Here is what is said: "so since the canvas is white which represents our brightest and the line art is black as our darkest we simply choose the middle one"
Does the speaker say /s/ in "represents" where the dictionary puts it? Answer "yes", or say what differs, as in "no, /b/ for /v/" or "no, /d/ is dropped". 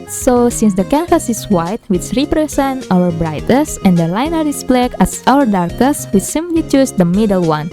no, /s/ is dropped